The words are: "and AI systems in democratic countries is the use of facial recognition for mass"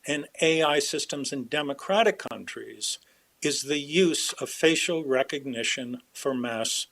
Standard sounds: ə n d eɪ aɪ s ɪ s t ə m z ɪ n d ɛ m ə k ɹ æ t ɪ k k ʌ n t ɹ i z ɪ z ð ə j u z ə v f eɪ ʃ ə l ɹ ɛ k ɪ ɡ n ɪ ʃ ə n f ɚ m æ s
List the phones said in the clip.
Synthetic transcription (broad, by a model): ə n eɪ aɪ s ɪ s t ə m z ɪ n d ɛ m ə k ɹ æ t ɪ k k ʌ n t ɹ i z ɪ z ð ə j u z ə v f eɪ ʃ l ɹ ɛ k ɪ ɡ n ɪ ʃ ə n f ɚ m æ s